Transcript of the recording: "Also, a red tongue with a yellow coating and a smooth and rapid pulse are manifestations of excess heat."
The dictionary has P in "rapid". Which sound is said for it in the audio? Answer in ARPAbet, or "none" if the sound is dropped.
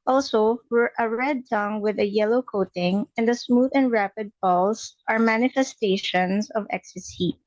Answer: P